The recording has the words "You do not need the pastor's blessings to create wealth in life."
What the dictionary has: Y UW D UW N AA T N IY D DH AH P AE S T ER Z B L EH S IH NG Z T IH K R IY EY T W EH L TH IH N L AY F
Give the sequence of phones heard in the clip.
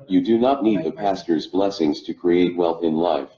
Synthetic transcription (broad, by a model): Y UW D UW N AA T N IY D DH AH P AE S T ER Z B L EH S IH NG Z T IH K R IY EY T W EH L TH IH N L AY F